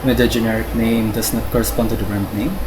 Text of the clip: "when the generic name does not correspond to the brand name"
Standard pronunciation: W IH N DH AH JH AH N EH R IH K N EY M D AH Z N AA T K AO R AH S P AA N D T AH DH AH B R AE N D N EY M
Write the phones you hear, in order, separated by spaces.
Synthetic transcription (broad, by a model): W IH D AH JH AH N EH R IH K N EY M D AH S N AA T K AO R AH S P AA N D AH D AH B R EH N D N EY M